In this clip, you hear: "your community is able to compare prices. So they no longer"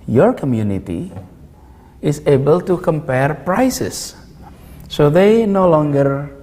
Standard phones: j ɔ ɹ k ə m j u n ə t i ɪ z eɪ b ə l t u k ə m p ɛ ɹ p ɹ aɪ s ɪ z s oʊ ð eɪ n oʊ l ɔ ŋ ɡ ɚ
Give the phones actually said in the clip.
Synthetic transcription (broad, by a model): j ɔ ɹ k ə m j u n ə t i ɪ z eɪ b ə l t u k ə m p ɛ ɹ p ɹ aɪ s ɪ s oʊ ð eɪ n oʊ l ɔ ŋ ɡ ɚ